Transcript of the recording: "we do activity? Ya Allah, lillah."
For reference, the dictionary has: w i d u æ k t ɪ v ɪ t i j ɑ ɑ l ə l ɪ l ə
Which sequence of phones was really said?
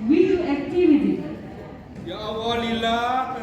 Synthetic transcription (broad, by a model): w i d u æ k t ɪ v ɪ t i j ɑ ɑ w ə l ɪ l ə